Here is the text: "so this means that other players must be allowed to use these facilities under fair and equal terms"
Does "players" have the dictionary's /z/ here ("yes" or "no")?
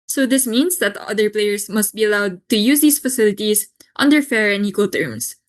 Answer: no